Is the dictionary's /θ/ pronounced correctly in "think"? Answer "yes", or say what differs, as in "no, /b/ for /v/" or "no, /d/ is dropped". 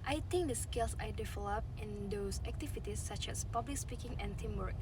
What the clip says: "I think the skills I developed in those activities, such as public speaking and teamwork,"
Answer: no, /t/ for /θ/